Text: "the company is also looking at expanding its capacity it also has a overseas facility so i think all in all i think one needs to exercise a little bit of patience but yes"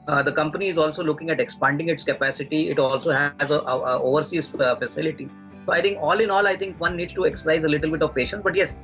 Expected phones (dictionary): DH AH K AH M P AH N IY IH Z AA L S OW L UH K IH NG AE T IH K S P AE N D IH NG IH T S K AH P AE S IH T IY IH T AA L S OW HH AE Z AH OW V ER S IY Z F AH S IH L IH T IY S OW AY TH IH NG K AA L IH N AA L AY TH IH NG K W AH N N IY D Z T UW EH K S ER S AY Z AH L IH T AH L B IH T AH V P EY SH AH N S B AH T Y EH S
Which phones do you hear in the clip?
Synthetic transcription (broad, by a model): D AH K AH M P AH N IY IH Z AA L S OW L UH K IH NG AE T IH K S P AE N D IH NG IH T S K AH P AE S IH T IY IH T AA L S OW HH AE Z AH OW V ER S IY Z F AH S IH L IH T IY S OW AY T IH NG K AA L IH N AA L AY T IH NG K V AH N N IY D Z T UW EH K S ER S AY Z AH L IH T AH L B IH T AH V P EY SH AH N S B AH T Y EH S